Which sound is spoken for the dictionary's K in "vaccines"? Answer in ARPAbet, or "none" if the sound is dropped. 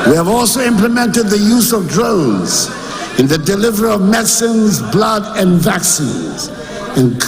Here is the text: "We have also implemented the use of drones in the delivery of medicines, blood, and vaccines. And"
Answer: K